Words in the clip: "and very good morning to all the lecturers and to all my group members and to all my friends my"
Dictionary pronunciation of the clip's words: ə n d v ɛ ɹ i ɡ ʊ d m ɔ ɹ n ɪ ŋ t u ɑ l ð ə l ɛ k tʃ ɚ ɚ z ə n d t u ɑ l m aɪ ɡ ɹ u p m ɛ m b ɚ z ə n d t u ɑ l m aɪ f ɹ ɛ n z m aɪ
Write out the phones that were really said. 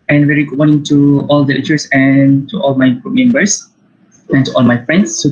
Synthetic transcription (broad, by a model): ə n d v ɛ ɹ i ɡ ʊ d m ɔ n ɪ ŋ t u ɑ l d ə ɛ tʃ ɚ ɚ s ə n t u ɑ l m aɪ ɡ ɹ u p m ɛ m b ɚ s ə n t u ɑ l m aɪ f ɹ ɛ n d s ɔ